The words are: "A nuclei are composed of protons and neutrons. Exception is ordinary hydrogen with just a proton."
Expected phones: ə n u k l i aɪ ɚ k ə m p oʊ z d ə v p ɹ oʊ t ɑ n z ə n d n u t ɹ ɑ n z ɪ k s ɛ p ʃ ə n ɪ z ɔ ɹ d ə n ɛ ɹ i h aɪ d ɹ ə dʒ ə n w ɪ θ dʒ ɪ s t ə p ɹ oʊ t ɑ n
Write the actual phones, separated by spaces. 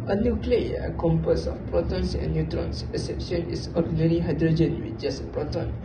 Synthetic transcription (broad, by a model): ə n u k l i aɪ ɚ k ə m p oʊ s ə f p ɹ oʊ t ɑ n s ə n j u t ɹ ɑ n s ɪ s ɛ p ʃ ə n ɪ s ɔ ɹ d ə n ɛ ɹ i h aɪ d ɹ ə dʒ ə n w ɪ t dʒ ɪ s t ə p ɹ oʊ t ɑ n